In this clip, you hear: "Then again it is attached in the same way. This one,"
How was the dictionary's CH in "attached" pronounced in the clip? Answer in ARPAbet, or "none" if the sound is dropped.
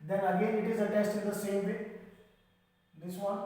S